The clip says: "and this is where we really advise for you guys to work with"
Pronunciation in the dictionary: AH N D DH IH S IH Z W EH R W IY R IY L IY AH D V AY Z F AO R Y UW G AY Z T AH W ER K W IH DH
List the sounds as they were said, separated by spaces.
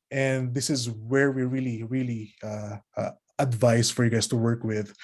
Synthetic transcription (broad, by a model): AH N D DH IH S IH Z W EH R W IY R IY L IY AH D V AY S F AO R Y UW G AY S T AH W ER K W IH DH